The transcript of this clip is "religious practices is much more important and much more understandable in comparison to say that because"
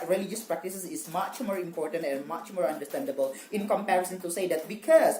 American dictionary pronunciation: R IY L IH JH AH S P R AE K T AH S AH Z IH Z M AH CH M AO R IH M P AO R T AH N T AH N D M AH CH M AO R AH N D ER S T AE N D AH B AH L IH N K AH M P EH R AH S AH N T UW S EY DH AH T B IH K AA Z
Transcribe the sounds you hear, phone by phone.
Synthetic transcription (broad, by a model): R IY L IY JH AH S P R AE K T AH S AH S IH S M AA CH M AO R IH M P AO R T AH N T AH N M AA CH M AO R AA N D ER S T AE N D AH B AH L IH N K AH M P EH R AH S AH N T UW S EY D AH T B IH K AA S